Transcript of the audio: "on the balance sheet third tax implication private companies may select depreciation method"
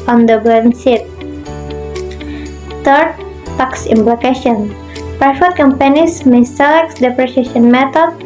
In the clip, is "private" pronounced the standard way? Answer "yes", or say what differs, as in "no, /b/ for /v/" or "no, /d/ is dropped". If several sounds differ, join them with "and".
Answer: no, /f/ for /v/